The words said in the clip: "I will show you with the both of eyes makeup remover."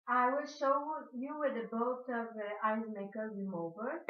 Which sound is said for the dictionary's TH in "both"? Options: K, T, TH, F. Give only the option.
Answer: T